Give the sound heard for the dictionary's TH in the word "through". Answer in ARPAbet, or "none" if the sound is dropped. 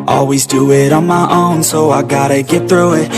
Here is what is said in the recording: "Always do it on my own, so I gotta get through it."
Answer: TH